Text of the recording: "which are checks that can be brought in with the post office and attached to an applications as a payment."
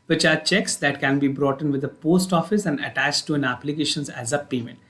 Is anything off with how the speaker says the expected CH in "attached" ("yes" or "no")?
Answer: no